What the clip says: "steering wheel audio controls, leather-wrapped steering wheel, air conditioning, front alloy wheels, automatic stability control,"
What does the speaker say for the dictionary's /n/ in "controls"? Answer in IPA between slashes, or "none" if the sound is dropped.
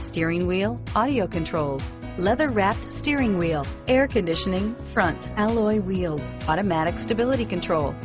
/n/